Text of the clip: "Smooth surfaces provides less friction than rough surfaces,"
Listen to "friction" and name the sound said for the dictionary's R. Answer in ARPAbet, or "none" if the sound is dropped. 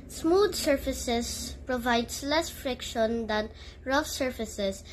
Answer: R